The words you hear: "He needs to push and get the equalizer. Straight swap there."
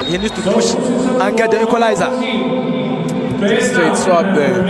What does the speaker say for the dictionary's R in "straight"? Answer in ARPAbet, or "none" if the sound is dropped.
none